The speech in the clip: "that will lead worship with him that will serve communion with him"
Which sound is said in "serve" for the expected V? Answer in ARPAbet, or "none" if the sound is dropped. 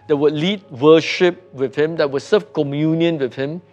F